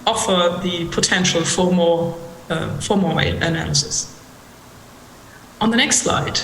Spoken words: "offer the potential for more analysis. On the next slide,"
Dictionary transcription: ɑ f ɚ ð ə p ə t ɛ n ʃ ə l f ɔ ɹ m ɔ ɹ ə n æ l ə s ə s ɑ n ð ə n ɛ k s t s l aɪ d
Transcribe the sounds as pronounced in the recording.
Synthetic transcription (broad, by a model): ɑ f ɚ ð ə p ə t ɛ n ʃ ə l f ɔ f m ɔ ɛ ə n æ l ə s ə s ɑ n ð ə n ɛ k s t s l aɪ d